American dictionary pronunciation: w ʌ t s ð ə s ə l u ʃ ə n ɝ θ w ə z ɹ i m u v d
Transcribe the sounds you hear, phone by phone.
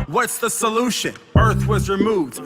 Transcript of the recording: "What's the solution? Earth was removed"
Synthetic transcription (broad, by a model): w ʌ t s ð ə s ə l u ʃ ə n ɝ θ w ə z ɹ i m u v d